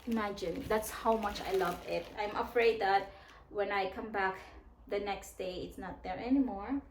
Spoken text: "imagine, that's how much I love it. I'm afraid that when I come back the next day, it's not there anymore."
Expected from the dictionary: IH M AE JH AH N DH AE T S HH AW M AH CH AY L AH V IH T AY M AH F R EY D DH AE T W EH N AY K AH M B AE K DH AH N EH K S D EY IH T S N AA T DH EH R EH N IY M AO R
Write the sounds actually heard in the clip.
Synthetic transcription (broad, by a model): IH M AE JH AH N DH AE T S HH AW M AH CH AY L AH V IH T AY M AH F R EY D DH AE T W EH N AY K AH M B AE K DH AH N EH K S D EY IH T S N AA T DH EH R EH N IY M AO R